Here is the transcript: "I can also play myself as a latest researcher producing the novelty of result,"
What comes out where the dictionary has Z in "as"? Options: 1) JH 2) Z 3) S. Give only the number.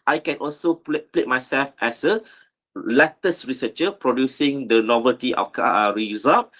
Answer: 3